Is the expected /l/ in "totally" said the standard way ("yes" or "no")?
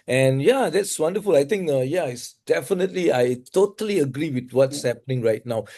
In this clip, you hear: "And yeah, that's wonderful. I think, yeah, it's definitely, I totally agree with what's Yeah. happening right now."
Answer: yes